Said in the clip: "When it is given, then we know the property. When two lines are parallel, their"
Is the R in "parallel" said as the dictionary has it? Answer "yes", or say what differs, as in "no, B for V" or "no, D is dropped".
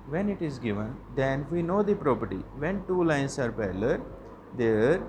no, L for R